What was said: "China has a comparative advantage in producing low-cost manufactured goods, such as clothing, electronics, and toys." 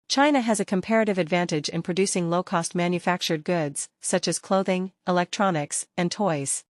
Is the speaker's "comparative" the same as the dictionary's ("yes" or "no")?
yes